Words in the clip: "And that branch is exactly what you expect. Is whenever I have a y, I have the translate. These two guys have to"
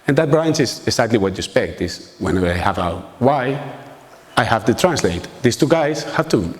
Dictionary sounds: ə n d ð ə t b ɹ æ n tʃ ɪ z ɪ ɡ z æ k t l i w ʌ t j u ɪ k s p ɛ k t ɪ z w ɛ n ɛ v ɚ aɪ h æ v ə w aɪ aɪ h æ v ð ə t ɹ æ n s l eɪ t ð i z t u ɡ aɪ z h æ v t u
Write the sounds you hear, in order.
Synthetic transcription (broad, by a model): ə n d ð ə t b ɹ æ n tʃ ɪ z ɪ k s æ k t l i w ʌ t j u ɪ s p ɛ k t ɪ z w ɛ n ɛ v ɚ aɪ h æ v ə w aɪ aɪ h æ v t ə t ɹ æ n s l eɪ t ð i s t u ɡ aɪ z h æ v t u